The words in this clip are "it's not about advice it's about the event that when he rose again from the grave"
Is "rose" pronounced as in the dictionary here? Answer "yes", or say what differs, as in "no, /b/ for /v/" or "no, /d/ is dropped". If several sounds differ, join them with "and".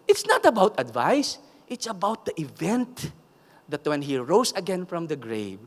no, /s/ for /z/